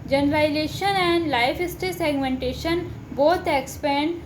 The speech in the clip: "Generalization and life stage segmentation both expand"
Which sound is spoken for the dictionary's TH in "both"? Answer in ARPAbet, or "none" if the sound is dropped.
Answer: T